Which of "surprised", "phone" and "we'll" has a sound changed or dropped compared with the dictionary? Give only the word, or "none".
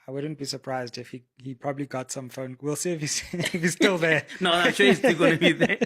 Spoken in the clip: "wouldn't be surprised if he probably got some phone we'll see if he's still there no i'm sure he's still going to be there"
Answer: none